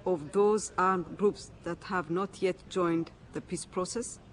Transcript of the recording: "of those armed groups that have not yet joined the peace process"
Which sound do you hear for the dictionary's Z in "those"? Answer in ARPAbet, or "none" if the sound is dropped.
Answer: Z